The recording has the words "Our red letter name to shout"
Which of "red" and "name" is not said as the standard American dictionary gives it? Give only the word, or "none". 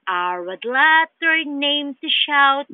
red